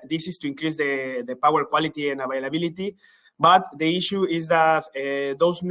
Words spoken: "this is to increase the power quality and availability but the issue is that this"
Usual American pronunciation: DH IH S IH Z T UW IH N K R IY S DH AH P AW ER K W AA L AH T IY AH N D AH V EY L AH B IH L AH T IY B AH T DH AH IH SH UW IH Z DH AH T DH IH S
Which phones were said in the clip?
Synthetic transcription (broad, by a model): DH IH S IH S T UW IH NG K R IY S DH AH P AW ER K W AA L AH T IY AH N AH B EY L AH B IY L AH T IY B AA T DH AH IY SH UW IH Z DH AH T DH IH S